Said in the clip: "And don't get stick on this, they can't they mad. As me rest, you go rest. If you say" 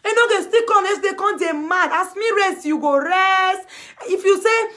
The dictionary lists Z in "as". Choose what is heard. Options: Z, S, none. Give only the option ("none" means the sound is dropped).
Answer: S